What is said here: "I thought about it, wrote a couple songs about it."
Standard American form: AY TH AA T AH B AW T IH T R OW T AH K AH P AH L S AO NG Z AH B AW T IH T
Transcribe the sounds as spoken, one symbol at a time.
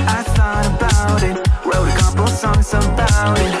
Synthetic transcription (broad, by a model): AY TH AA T AH B AW T IH T W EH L AH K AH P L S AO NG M AH B AW T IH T